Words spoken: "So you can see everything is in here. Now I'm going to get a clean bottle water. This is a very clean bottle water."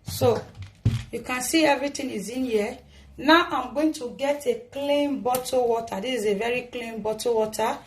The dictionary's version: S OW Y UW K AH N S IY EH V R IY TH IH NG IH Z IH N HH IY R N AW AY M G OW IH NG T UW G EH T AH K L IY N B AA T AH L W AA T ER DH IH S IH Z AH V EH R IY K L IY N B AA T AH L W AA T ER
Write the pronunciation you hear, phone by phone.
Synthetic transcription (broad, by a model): S OW Y UW K AH N S IY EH V R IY T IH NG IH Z IH N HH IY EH N AW AY M G OW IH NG T UW G EH T AH K L IY N B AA T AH W AA T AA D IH S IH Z AH V EH R IY K L IY N B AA T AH W AA T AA